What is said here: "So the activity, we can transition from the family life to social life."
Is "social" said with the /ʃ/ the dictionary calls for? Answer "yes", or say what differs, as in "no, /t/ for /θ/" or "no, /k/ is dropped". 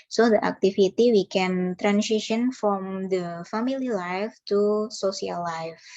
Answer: no, /s/ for /ʃ/